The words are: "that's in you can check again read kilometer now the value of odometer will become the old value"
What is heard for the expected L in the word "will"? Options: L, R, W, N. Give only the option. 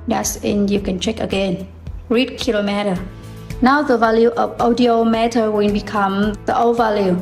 N